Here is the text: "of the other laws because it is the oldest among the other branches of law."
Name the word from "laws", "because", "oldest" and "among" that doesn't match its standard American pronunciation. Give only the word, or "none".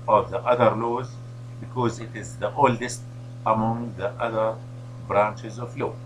none